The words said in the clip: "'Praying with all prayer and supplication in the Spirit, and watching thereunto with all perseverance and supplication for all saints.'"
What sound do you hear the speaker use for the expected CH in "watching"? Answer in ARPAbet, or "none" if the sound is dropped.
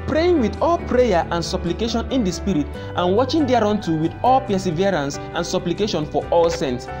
CH